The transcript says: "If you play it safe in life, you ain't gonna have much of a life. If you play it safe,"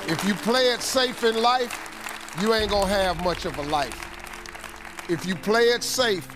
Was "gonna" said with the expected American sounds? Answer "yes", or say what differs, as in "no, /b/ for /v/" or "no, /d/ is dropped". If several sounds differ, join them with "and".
no, /n/ is dropped